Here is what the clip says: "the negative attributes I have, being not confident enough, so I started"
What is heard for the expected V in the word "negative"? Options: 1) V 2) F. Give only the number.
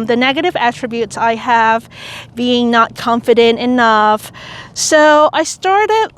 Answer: 1